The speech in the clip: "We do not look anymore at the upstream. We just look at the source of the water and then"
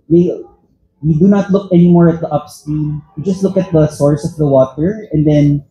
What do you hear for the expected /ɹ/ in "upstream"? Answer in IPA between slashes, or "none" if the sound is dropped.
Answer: none